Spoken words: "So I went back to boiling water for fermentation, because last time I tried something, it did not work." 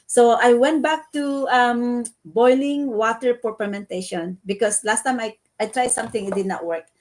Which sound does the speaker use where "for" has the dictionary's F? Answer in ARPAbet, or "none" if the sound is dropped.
P